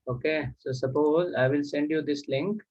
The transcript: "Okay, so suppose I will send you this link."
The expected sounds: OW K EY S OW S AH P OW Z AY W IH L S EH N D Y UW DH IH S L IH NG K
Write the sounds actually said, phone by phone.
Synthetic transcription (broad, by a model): OW K EY S OW S AH P OW Z AY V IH L S EH N D Y UW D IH S L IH NG K